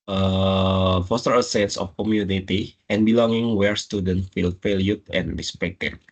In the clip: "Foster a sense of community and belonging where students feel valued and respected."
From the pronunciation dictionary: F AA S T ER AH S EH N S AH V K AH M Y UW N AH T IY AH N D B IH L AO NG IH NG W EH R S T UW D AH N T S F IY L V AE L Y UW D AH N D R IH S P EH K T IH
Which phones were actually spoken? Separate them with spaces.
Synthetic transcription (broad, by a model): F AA S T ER AH S EH N S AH F K AH M Y UW N AH T IY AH N B IH L AO NG IH NG W EH R S T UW D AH N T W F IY L F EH L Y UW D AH N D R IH S P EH K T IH